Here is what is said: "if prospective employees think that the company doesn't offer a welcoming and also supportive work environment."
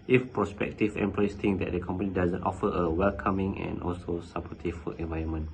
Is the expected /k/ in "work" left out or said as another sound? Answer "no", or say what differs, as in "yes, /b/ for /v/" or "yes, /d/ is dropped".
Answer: yes, /k/ is dropped